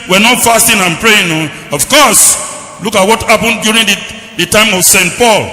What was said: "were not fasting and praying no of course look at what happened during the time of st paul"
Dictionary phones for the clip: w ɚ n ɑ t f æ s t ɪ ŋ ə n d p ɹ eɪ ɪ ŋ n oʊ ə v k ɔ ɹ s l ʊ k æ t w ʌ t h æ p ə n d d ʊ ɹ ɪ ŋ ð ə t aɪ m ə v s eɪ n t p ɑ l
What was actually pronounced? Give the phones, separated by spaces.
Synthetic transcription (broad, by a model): w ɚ n ɑ t f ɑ s t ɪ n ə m p ɹ eɪ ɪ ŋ n oʊ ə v k ɔ s l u k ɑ t w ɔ t h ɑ p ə n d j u ɹ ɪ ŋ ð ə t aɪ m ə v s eɪ n t p ɑ l